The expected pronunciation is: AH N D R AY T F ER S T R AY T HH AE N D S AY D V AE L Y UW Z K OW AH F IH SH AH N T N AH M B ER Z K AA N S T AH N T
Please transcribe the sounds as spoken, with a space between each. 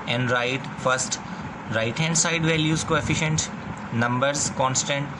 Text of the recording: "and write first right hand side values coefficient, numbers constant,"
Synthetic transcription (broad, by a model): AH N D R AY T F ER S T R AY T HH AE N D S AY D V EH L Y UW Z K OW AH F IH SH AH N T N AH M B ER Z K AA N S T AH N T